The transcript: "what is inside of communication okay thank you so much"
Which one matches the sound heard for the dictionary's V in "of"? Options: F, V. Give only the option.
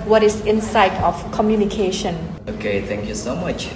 F